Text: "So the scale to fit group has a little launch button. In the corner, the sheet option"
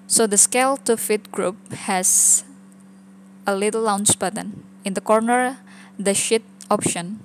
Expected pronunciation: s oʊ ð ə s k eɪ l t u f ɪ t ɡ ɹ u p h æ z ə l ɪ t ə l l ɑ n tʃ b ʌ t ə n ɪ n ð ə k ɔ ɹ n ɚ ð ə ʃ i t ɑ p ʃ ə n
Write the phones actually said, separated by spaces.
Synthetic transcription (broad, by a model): s oʊ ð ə s k eɪ l t u f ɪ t ɡ ɹ u p h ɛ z ə l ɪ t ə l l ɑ n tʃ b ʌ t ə n ɪ n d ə k ɔ ɹ n ɚ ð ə ʃ i t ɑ p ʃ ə n